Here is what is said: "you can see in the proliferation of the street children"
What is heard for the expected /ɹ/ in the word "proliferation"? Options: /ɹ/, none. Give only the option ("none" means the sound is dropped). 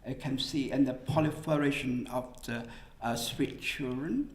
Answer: none